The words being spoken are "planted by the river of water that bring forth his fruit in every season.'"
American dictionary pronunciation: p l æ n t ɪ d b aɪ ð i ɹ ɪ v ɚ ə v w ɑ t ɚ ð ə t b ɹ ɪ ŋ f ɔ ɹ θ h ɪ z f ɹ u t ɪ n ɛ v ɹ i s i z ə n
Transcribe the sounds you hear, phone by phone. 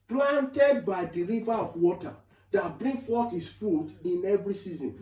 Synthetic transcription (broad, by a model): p l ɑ n t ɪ d b aɪ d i ɹ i v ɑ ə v w ɑ t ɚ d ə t b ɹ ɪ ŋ f ɔ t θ h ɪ s f u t ɪ n ɛ v ɹ i s i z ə n